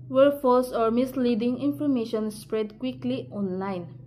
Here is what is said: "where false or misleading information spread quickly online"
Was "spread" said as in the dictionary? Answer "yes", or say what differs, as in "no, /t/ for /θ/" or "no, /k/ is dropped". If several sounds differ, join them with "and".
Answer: yes